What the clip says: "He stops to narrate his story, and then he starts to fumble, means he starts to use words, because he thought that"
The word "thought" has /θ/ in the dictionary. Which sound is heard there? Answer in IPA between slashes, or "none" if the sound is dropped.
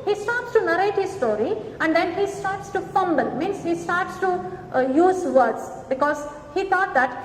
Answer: /t/